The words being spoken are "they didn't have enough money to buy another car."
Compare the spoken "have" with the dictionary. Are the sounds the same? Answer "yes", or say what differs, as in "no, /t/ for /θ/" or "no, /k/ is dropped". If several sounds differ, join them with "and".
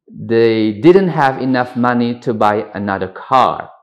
yes